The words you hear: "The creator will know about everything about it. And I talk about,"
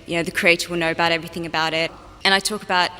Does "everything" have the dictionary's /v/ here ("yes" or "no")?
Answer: yes